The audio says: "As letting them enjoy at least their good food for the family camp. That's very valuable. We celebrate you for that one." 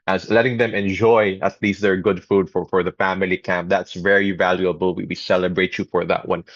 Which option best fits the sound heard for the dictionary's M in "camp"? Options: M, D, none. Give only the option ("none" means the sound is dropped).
M